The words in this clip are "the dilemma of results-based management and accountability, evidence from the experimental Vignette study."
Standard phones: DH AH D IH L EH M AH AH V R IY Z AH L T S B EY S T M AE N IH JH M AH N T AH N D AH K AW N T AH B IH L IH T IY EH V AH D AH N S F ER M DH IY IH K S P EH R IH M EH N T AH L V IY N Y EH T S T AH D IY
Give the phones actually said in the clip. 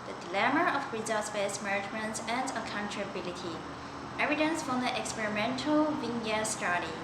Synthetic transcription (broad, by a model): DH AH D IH L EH M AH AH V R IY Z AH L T S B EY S M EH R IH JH M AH N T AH N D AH K AW N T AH B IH L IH T IY EH V AH D AH N S F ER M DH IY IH K S P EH R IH M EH N T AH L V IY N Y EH S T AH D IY